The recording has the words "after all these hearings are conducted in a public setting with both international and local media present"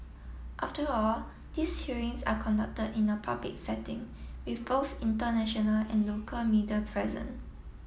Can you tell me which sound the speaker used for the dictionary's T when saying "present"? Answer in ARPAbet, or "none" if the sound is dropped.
none